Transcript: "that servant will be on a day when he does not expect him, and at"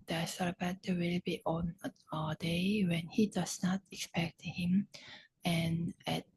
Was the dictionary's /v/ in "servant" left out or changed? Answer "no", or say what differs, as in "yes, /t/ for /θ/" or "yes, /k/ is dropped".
yes, /b/ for /v/